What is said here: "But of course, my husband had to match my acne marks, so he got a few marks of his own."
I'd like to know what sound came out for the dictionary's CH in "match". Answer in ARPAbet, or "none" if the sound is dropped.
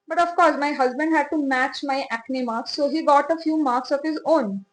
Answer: CH